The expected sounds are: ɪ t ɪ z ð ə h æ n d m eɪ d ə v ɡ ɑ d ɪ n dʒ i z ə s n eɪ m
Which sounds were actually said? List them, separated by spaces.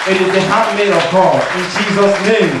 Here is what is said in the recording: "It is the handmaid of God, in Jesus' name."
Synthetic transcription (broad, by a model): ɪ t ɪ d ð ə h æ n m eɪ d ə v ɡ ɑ ɪ n dʒ i z ə s n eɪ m